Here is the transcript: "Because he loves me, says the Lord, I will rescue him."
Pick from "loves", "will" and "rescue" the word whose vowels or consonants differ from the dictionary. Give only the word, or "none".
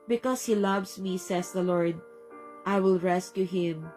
loves